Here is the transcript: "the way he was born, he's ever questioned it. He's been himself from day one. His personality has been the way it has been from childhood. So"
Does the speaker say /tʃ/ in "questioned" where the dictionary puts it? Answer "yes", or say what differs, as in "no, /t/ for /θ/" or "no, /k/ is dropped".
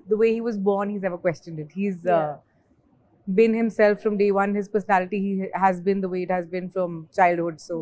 yes